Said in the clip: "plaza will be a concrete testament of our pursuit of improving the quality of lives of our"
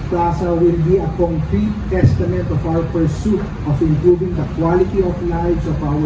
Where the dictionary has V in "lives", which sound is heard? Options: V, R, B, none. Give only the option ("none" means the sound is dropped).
none